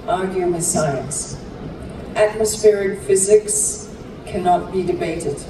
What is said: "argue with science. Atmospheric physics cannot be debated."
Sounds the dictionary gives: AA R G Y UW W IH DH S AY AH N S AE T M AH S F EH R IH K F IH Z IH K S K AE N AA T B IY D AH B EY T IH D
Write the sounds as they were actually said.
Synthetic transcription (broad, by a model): AA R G Y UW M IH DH S AY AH N S AE T M AH S F EH R IH K F IH Z IH K S K AE N AA T B IY D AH B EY T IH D